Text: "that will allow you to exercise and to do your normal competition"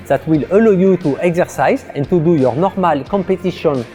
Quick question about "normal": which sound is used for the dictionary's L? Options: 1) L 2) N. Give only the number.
1